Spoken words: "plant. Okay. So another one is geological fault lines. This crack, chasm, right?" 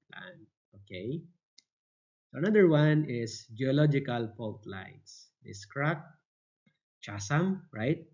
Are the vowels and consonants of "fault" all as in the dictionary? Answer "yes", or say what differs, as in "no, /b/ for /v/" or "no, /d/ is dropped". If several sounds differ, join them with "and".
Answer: no, /p/ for /f/